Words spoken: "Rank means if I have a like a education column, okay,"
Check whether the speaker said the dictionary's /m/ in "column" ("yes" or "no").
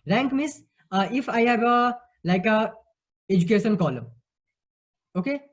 no